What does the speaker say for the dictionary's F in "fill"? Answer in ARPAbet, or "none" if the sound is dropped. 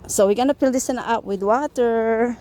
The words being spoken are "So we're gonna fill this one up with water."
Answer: P